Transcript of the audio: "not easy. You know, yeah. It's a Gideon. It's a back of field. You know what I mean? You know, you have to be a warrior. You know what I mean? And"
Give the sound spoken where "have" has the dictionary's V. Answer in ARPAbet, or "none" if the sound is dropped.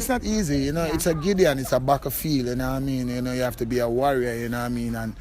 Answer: F